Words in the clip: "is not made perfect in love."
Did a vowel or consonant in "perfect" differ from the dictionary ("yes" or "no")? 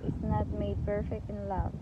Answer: no